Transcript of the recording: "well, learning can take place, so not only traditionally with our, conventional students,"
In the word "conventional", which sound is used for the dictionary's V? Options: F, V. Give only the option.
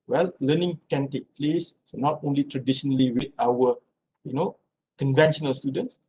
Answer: V